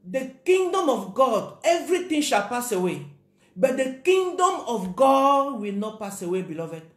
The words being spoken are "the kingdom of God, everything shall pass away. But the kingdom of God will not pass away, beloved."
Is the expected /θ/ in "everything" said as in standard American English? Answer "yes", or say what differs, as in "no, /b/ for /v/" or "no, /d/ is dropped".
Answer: no, /t/ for /θ/